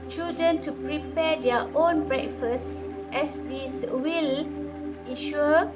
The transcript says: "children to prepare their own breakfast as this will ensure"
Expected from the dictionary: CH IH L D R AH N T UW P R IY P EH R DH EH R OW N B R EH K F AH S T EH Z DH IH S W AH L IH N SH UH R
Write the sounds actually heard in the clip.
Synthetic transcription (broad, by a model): CH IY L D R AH N T UW P R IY P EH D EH OW N B R EH K F AH S T EH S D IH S W AH L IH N SH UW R